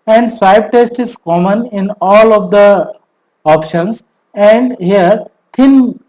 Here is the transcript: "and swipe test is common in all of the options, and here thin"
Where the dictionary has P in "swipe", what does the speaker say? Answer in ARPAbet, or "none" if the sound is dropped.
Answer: B